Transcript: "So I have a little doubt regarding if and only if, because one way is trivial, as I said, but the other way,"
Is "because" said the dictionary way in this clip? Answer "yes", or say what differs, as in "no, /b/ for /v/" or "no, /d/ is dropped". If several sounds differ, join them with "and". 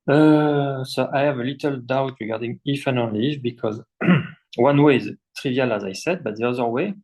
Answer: yes